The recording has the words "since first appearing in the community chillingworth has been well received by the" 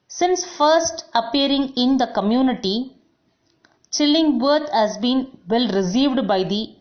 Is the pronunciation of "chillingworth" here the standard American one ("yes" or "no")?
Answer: no